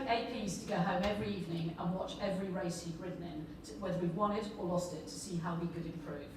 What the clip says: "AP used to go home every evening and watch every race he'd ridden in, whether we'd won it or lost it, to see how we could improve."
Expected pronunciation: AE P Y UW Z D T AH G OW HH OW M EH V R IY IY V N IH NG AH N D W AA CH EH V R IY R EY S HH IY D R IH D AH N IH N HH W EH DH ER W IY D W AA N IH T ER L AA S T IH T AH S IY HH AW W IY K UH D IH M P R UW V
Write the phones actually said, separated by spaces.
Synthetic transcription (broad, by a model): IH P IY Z T AH G OW HH OW M EH V R IY IY V N IH NG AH N W AA CH EH V R IY R EY S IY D R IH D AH N IH N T W EH DH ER W IY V W AA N IH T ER L AA S T IH T AH S IY HH AW W IY K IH D IH M P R UW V